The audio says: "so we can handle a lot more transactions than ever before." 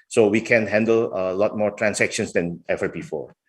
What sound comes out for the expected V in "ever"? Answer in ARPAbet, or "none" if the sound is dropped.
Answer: V